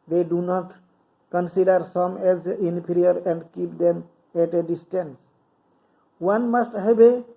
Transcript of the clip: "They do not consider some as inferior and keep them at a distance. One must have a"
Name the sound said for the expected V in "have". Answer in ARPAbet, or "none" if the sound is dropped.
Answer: B